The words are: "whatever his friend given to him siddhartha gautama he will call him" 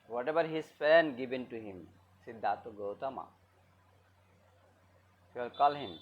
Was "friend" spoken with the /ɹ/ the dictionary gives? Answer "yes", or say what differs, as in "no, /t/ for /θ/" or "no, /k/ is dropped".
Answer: no, /ɹ/ is dropped